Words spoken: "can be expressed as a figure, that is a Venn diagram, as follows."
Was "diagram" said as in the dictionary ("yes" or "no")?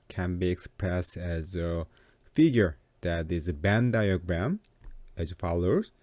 yes